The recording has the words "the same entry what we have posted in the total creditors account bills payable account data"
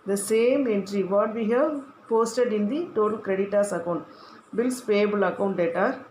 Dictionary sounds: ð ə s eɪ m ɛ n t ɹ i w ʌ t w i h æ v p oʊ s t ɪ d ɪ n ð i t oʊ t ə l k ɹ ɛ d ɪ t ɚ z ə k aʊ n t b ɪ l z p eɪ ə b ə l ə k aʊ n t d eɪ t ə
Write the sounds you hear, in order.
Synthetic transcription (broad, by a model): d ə s eɪ m ɛ n t ɹ i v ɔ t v i h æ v p oʊ s t ɪ d ɪ n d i t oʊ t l k ɹ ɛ d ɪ t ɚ s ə k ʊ n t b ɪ l s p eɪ b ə l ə k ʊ n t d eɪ t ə